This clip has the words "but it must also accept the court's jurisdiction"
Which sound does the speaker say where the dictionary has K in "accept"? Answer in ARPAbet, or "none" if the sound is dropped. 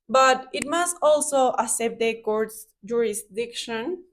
none